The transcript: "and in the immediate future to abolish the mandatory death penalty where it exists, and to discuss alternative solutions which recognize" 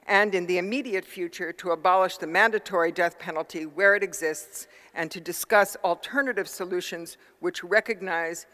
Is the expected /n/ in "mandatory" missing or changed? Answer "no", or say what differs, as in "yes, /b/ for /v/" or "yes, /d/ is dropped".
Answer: no